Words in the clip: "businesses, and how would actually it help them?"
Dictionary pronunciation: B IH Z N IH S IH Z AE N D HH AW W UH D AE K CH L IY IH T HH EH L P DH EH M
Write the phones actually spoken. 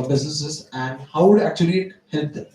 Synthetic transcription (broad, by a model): B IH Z N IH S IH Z AE N D HH AW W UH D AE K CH IY IH T HH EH L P